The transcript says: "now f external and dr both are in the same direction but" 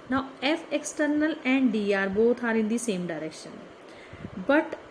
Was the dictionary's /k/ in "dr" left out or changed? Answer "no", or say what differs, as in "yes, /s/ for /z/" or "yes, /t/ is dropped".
yes, /k/ is dropped